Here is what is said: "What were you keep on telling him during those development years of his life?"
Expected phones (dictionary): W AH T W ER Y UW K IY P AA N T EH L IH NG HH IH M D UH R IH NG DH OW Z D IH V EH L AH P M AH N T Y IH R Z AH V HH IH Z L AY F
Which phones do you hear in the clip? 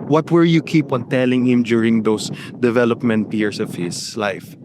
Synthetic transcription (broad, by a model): W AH T W ER Y UW K IY P AA N T EH L IH NG HH IH M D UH R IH NG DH OW S D IH V EH L AH P M AH N T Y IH R S AH V HH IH S L AY F